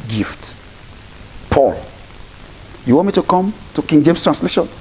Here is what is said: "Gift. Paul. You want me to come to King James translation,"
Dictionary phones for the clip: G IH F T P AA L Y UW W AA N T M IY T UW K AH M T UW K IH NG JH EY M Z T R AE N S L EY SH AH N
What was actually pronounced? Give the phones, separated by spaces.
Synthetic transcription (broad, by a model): G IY F T P AA L Y UW W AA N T M IY T UW K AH M T UW K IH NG JH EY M S T R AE N S L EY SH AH N